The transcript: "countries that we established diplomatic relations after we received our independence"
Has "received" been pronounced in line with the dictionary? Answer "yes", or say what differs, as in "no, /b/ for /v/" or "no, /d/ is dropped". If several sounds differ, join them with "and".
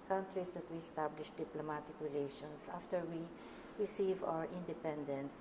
no, /d/ is dropped